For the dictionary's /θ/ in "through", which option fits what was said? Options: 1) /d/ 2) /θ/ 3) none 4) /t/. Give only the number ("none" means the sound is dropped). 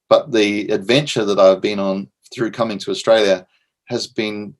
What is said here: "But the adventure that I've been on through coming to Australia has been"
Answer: 2